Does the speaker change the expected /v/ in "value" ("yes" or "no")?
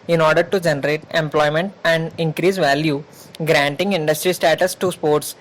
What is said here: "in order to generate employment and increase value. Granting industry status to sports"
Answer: no